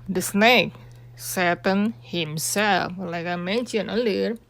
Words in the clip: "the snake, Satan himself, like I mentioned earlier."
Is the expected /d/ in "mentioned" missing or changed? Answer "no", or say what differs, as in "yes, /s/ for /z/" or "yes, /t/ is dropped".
yes, /d/ is dropped